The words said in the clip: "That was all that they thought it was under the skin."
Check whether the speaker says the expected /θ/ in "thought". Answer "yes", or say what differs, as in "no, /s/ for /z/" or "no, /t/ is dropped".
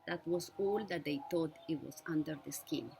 no, /t/ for /θ/